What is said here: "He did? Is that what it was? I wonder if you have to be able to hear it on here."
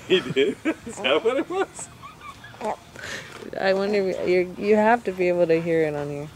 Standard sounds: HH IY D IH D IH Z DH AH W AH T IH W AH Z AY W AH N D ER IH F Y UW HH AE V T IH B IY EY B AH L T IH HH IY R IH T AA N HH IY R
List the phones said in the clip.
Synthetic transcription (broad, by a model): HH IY D IH D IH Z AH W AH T IH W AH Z AY W AH N D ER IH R Y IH HH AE F T IH B IY EY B L T IH HH IY R IH T N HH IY R